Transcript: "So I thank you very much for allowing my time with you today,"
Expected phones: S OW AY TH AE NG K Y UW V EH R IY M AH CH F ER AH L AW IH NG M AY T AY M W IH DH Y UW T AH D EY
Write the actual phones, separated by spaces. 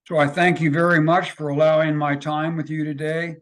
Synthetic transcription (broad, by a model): S OW AY TH AE NG K Y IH V EH R IY M AH CH F ER AH L AW IH NG M AY T AY M W IH DH Y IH T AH D EY